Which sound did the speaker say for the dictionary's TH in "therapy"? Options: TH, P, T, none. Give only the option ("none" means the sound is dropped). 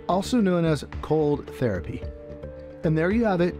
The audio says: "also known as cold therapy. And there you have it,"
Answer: TH